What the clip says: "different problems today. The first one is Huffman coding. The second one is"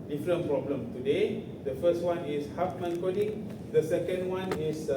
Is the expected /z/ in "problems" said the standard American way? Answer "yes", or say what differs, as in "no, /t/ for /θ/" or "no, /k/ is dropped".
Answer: no, /z/ is dropped